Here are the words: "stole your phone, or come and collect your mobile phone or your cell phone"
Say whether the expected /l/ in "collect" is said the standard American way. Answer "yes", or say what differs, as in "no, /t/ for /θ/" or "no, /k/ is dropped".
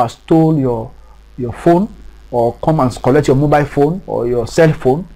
yes